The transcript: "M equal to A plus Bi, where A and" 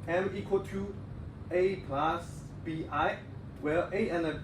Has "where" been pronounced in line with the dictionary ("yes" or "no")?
no